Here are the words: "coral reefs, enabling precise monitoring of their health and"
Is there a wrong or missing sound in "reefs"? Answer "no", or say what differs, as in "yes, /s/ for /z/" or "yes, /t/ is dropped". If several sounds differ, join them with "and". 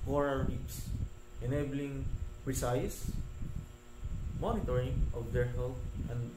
yes, /p/ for /f/